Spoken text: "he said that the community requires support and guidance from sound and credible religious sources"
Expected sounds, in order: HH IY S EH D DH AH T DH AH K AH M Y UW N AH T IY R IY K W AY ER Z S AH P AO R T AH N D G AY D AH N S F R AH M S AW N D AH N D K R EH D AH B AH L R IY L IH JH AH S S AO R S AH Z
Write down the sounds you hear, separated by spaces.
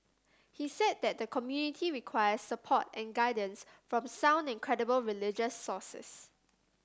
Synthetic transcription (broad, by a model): HH IY S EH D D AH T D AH K AH M Y UW N AH T IY R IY K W AY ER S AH P AO T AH N G AY D AH N S F R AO M S AW N D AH N K R EH D AH B AH L R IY L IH JH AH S S AO S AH S